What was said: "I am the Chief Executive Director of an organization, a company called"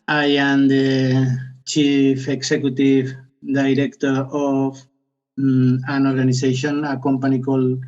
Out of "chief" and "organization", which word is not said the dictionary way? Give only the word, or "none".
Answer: organization